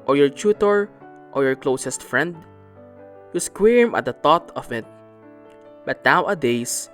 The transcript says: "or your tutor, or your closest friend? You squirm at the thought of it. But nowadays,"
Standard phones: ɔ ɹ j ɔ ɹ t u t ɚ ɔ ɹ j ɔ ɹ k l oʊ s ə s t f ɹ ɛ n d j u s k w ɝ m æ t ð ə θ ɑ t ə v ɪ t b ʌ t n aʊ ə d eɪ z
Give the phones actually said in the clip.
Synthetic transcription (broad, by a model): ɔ ɹ j ɔ ɹ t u t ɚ ɔ ɹ j ɔ ɹ k l oʊ s ə s t f ɹ ɛ n d j u s k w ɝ m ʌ t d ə t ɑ t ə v ɪ t b ʌ t n aʊ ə d eɪ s